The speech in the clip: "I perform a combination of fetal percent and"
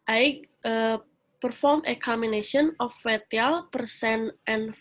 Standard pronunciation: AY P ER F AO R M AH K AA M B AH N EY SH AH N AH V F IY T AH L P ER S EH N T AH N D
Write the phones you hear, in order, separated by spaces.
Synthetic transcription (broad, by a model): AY P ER F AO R M AH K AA M AH N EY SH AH N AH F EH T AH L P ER S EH N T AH N